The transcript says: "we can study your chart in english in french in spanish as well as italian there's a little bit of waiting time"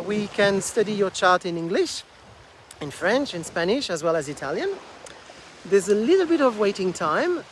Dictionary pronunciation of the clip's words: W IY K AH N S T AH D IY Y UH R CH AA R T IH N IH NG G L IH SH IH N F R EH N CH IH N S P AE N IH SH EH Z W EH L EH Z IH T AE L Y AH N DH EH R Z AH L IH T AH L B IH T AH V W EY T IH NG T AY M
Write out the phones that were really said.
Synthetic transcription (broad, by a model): W IY K AH N S T AH D IY Y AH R CH AA R T IH N IH NG G L IH SH IH N F R EH N CH IH N S P AE N IH SH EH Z W EH L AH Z IH T AE L Y AH N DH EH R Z AH L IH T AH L B IH T AH V W EY T IH NG T AY M